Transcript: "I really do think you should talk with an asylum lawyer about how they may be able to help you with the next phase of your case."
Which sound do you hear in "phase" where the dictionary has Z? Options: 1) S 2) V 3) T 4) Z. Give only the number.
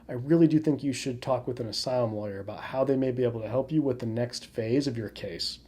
4